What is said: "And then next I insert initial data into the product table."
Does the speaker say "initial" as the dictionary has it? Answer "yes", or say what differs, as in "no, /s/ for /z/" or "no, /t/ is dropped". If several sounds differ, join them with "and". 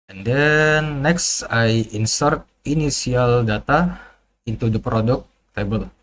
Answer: no, /s/ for /ʃ/